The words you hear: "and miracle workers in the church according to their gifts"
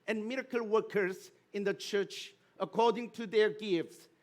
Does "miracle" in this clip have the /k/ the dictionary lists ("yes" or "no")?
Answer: yes